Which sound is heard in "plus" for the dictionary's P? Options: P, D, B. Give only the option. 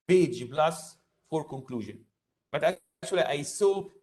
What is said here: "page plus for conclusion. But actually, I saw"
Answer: B